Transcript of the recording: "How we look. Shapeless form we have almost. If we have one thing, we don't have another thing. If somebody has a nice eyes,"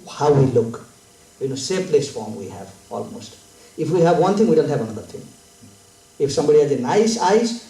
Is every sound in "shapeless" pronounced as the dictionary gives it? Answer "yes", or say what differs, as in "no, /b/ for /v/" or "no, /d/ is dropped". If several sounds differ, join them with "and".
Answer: no, /s/ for /ʃ/